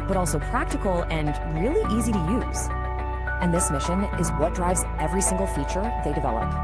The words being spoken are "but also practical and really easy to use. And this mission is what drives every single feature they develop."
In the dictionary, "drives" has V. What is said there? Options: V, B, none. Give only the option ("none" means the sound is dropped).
V